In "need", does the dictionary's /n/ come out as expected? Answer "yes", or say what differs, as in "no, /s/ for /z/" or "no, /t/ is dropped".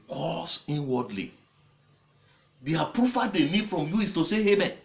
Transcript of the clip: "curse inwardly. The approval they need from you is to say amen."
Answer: no, /l/ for /n/